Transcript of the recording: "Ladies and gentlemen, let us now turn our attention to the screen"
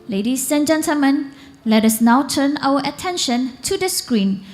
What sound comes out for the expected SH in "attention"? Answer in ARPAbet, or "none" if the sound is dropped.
SH